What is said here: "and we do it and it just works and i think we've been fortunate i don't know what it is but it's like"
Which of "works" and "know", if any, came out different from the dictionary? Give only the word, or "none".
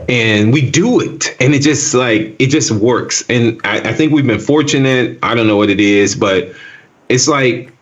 none